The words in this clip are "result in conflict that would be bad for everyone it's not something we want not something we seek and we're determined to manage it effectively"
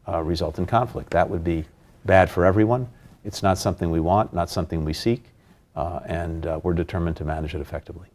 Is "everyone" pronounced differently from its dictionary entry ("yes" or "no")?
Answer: no